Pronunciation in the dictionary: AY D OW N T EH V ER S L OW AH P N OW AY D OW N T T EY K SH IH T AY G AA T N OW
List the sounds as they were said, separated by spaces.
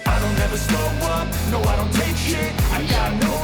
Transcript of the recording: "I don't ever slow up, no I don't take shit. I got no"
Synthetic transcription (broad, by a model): AY D OW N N EH V ER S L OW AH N N OW AY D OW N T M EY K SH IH AY G AA T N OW